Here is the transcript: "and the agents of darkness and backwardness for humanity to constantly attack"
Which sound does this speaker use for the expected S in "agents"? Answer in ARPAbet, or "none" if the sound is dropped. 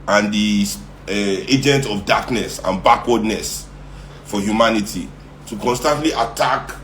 none